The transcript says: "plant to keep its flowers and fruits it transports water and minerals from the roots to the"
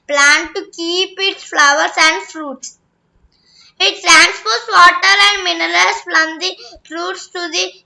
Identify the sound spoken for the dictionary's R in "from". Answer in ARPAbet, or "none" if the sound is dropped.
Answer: L